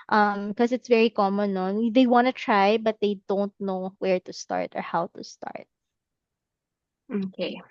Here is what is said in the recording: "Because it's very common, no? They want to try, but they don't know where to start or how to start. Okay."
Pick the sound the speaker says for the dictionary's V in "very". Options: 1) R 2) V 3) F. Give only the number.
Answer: 2